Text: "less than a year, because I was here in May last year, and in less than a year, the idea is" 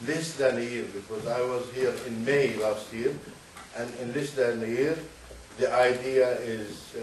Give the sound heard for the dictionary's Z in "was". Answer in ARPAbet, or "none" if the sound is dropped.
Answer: Z